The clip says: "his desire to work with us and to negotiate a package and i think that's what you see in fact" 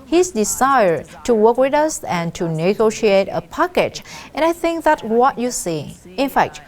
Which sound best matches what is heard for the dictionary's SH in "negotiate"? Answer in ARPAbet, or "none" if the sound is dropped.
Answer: SH